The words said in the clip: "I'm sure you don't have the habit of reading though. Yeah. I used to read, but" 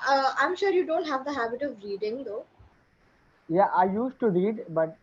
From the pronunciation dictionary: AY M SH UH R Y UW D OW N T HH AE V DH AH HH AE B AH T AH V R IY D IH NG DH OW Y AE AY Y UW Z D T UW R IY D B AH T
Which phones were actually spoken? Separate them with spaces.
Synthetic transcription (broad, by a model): AY M SH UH R Y UW D OW N T HH AE V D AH HH AE B AH T AH V R IY D IH NG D OW Y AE AY Y UW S T UW R IY D B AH T